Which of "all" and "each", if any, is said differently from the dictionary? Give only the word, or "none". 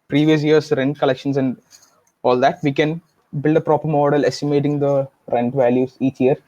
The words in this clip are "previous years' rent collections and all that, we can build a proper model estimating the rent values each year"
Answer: none